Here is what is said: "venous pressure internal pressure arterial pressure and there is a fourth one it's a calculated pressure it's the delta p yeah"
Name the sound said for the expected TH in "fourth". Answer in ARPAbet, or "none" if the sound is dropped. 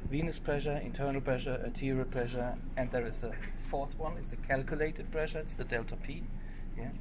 TH